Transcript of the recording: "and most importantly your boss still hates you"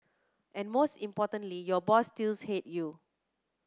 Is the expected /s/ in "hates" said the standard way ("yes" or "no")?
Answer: no